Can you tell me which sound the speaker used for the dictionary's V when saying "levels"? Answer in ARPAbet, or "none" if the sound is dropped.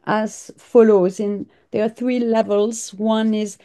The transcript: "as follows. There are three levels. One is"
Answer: V